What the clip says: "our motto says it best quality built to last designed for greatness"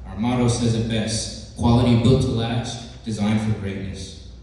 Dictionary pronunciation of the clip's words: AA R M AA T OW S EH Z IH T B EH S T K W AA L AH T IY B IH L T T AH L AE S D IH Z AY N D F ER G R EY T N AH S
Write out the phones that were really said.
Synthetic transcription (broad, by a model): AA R M AA T OW S EH Z IH T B EH S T K W AA L AH T IY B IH L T T AH L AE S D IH Z AY N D F ER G R EY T N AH S